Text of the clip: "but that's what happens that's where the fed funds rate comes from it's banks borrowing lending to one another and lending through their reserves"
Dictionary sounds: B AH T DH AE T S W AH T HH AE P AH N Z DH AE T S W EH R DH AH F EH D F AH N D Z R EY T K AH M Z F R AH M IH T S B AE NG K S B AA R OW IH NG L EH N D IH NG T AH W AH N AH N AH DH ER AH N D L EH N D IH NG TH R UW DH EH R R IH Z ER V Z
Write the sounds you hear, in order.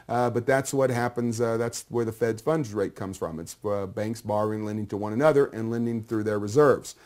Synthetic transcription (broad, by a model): B AH T DH AE T S W AH T HH AE P AH N Z DH AE T S W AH R DH AH F EH D F AH N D R EY T K AH M Z F R AH M IH T S B AE NG K S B AA R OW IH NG L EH N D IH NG T AH W AH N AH N AH DH ER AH N L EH N D IH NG TH R UW DH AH R R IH Z ER V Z